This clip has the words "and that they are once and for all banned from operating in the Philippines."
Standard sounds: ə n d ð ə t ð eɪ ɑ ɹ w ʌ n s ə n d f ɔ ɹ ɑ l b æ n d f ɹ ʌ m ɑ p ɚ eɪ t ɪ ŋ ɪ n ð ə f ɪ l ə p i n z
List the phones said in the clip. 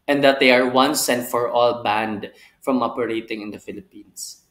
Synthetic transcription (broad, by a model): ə n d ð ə t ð eɪ ɑ ɹ w ʌ n s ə n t f ɔ ɹ ɑ l b æ n d f ɹ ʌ m ɑ p ɚ eɪ t ɪ ŋ ɪ n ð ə f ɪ l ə p i n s